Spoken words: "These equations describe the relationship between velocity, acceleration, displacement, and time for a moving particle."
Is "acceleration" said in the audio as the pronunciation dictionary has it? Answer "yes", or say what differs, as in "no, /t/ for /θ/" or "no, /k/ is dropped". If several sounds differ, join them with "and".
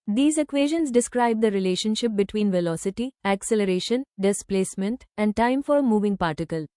yes